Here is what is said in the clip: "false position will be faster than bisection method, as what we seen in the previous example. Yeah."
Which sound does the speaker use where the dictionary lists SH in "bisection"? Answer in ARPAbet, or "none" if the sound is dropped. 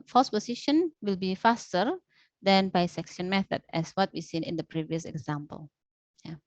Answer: S